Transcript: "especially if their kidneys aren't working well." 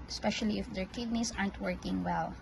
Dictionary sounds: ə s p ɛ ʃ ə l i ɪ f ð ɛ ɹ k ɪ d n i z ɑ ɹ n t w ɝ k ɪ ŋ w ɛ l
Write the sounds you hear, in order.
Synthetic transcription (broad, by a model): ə s p ɛ ʃ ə l i ɪ f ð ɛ ɹ k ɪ d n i s ɑ ɹ n t w ɝ k ɪ ŋ w ɛ l